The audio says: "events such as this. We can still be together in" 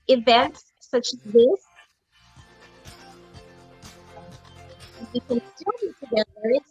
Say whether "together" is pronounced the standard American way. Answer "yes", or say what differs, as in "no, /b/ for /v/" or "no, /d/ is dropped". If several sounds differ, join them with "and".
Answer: no, /ð/ is dropped